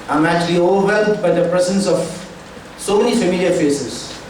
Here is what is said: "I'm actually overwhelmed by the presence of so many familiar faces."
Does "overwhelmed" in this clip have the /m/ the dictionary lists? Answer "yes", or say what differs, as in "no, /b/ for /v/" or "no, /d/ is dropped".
no, /m/ is dropped